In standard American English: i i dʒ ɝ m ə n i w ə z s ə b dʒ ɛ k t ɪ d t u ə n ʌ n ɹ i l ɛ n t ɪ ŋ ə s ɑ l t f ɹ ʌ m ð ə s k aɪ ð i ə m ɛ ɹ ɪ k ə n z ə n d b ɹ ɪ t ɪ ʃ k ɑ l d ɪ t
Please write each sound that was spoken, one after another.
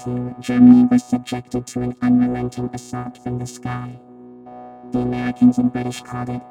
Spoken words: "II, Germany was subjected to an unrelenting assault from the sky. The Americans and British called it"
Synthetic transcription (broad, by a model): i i dʒ ɝ m ə n i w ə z s ə b dʒ ɛ k t ɪ d t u ə n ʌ n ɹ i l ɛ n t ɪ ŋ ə s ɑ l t f ɹ ʌ m ð ə s k aɪ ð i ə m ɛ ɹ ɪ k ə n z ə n b ɹ ɪ t ɪ ʃ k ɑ d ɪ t